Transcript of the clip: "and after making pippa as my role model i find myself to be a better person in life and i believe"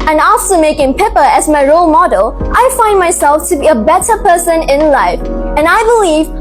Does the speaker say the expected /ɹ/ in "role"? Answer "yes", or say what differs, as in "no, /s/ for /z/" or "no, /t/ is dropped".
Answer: yes